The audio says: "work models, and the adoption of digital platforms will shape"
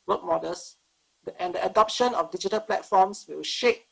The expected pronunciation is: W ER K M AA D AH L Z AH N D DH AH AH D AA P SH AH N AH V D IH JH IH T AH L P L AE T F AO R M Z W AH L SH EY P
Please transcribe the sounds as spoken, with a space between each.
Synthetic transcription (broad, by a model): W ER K M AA D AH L S AH N D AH AH D AA P SH AH N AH F D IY JH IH T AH L P L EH T F AO M S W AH W SH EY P